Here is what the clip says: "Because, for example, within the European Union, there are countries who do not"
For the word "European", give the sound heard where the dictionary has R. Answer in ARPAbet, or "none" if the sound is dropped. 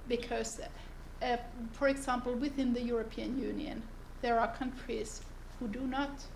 R